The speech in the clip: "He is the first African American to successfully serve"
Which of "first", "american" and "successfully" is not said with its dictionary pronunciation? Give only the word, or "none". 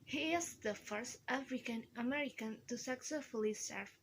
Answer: none